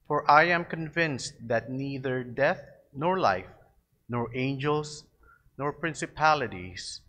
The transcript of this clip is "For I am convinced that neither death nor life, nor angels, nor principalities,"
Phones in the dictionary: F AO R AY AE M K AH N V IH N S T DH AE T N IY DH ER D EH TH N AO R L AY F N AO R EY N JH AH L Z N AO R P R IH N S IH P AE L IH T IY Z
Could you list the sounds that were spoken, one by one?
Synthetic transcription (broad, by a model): F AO R AY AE M K AH N V IH N S T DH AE T N IY DH ER D EH TH N AO R L AY F N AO R EY N JH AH L S N AO R P R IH N S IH P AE L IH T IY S